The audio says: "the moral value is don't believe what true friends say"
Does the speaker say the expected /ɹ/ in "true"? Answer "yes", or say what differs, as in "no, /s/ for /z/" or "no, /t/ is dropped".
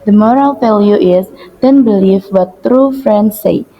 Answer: yes